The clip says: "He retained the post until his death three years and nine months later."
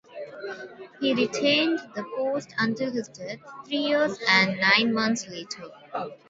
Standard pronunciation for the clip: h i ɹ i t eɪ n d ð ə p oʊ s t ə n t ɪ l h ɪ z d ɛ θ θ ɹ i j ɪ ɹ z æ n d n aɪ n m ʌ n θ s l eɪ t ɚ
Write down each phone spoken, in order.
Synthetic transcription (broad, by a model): h i ɹ i t eɪ n d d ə p oʊ s t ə n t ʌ h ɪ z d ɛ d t ɹ i j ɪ ɹ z æ n d n aɪ n m ʌ n t s l eɪ t ɚ